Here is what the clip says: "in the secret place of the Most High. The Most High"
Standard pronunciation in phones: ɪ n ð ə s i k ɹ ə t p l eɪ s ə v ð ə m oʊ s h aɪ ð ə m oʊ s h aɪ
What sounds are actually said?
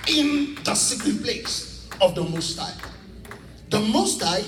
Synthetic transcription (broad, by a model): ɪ n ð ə s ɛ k ə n p l eɪ s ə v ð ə m oʊ s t aɪ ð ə m oʊ s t aɪ